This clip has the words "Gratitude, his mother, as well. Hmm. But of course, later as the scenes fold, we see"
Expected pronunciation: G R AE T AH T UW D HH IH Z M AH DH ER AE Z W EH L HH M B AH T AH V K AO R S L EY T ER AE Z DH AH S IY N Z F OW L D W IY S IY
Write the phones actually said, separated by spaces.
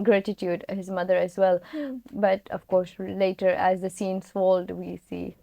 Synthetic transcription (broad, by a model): G R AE T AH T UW D HH IH Z M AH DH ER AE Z W EH L B AH T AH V K AO R S L EY T ER AE Z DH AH S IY N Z F OW L D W IY S IY